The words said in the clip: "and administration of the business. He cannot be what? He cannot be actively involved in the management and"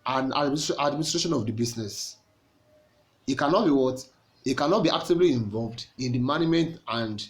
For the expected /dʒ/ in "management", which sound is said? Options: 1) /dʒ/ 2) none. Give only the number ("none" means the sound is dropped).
2